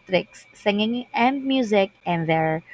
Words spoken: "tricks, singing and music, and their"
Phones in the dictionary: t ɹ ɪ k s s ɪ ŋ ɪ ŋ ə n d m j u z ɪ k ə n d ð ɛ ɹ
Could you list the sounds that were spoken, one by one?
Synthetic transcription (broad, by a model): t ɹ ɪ k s s ɪ ŋ ɪ ŋ ə n d m j u z ɪ k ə n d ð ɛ ɹ